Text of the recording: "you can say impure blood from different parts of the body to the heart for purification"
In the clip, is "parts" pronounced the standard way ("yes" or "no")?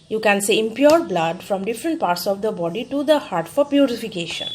yes